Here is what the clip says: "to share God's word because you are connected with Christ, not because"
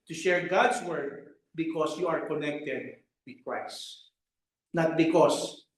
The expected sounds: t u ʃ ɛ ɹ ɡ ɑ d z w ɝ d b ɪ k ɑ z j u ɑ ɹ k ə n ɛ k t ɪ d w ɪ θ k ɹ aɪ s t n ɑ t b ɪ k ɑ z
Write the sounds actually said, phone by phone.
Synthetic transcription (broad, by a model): t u ʃ ɛ ɹ ɡ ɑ d s w ɝ d b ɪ k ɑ s j u ɑ ɹ k ə n ɛ k t ɪ d w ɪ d k ɹ aɪ s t n ɑ t b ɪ k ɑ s